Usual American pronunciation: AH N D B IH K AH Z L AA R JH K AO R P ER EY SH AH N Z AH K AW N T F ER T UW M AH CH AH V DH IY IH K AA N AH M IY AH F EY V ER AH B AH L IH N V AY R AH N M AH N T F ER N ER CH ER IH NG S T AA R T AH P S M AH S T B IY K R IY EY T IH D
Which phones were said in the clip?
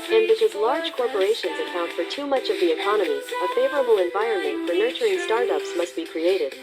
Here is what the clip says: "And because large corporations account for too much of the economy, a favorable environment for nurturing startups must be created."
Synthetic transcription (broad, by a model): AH N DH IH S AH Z L AA R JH K AO R P ER EY SH AH N Z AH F AW N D F ER T UW M AH CH AH V DH IY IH K AA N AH M IY AH F EY V ER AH B L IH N V AY R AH N M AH N T F ER N ER CH ER IH NG S T AA R T AH P S M AH S T B IY K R IY EY T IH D